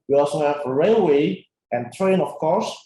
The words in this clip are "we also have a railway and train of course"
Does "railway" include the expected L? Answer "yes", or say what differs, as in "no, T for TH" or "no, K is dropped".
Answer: yes